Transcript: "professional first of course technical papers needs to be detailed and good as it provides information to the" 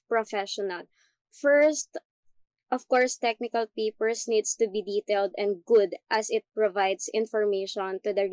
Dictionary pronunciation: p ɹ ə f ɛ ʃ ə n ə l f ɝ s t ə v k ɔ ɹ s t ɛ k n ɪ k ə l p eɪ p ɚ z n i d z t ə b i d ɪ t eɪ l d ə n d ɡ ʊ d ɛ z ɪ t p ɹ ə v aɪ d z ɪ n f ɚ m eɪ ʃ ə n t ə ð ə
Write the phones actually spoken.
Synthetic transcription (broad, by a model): p ɹ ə f ɛ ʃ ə n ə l f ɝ s t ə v k ɔ ɹ s t ɛ k n ɪ k ə l p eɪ p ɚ s n i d s t ə b i d ɪ t eɪ l d ə n d ɡ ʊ d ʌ s ɪ t p ɹ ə v aɪ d s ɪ n f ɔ m eɪ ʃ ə n t ə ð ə